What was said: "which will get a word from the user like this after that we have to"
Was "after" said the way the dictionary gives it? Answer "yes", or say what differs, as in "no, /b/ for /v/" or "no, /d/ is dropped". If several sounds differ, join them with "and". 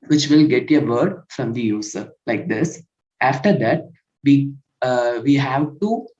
yes